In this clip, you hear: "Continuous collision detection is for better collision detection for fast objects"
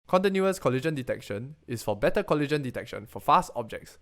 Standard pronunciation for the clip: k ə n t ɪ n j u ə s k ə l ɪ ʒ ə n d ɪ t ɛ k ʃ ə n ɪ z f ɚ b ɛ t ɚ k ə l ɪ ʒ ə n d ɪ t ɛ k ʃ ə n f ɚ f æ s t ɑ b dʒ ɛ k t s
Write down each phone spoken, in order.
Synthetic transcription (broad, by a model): k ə n t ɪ n j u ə s k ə l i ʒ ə n d ɪ t ɛ k ʃ ə n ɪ s f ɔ b ɛ t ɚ k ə l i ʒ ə n d ɪ t ɛ k ʃ ə n f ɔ f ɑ s t ɑ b dʒ ɛ k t s